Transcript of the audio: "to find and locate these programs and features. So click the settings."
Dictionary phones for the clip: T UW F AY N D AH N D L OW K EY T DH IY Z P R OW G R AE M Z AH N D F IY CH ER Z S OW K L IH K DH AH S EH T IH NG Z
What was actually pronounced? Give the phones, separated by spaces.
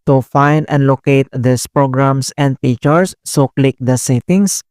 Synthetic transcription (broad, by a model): T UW F AY N D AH N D L OW K EY T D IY S P R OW G R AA M S AH N D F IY CH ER S OW K L IH K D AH S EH T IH NG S